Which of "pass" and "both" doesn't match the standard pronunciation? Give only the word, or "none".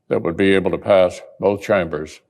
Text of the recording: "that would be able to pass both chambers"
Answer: none